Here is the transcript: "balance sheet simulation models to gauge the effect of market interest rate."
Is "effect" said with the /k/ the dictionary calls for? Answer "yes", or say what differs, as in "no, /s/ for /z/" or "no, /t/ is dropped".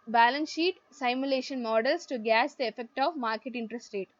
yes